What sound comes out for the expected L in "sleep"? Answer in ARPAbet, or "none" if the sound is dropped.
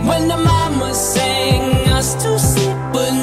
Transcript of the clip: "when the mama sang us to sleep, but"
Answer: none